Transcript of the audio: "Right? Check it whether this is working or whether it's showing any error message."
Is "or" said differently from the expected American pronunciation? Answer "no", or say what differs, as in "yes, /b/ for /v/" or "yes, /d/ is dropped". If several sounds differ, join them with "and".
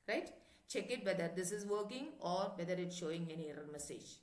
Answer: no